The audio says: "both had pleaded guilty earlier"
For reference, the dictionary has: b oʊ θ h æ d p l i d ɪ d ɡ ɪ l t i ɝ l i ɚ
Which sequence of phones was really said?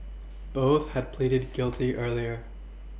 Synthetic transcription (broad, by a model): b oʊ θ h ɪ d p l i d ɪ d ɡ ɪ l t i ɝ l i ɚ